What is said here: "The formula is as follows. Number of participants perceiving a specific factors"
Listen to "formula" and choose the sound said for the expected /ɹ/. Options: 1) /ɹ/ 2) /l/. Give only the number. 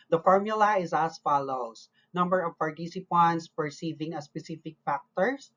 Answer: 1